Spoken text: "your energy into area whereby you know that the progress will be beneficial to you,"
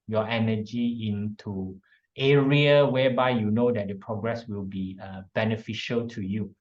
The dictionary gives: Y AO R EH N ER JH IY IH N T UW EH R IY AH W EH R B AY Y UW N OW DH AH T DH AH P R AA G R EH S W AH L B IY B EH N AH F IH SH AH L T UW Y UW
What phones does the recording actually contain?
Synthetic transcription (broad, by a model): Y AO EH N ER JH IY IH N T UW EH R IY AH W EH B AY Y UW N OW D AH T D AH P R AA G R EH S W AH L B IY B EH N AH F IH SH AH L T UW Y UW